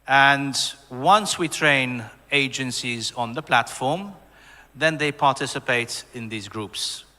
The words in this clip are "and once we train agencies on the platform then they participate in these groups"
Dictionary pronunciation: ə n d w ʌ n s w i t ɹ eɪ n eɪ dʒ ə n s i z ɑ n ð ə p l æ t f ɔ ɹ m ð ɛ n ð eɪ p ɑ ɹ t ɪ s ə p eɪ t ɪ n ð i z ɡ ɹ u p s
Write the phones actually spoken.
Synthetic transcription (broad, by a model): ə n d w ʌ n s w i t ɹ eɪ n eɪ dʒ ə n s i z ɑ n ð ə p l æ t f ɔ ɹ m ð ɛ n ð eɪ p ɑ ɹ t ɪ s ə p eɪ t ɪ n ð i z ɡ ɹ u p s